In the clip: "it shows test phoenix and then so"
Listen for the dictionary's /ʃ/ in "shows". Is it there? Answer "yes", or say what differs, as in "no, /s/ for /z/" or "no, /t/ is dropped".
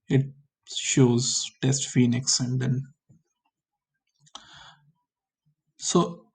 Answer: yes